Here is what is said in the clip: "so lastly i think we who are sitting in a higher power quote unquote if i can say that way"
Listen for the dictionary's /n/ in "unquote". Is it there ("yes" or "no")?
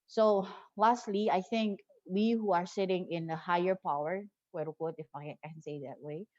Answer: no